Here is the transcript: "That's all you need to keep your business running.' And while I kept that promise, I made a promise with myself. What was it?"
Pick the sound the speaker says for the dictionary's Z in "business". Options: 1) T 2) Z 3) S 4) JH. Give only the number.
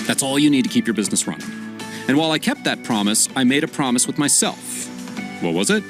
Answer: 2